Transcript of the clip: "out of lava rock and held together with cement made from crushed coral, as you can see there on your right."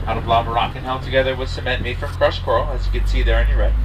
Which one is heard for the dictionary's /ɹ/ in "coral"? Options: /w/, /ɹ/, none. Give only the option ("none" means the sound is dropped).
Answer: none